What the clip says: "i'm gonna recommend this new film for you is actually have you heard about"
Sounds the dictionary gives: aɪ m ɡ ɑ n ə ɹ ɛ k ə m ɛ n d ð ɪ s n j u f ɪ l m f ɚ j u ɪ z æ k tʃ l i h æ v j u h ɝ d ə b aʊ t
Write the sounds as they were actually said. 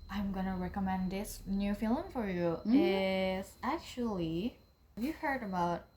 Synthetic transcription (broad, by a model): aɪ m ɡ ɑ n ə ɹ ɛ k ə m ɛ n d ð ɪ s n j u f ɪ l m f ɚ j u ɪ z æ k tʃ i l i v j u h ɝ d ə b aʊ t